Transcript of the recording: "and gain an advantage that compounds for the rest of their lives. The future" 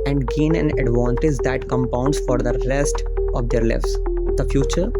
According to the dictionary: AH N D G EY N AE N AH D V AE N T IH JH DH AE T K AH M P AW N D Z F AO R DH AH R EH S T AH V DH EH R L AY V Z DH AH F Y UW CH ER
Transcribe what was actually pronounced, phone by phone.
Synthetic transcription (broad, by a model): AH N D G EY N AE N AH D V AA N T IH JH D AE T K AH M P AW N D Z F AO R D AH R EH S T AH V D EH R L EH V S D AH F Y UW CH ER